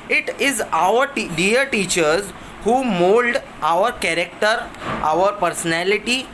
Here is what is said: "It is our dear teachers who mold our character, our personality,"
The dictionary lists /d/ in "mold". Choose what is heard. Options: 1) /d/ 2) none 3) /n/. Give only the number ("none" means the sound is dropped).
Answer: 1